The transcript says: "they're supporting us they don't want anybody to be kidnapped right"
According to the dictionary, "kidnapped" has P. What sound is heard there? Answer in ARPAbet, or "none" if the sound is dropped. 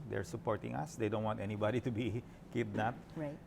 none